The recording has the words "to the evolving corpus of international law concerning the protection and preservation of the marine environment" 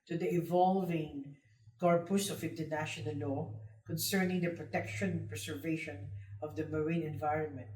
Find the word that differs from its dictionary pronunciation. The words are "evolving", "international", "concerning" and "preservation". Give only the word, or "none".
preservation